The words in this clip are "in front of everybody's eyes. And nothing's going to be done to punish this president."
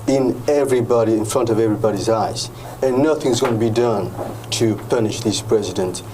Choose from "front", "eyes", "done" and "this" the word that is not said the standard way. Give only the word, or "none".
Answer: none